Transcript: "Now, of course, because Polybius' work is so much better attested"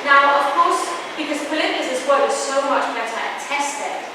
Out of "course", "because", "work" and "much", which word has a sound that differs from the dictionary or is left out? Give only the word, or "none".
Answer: work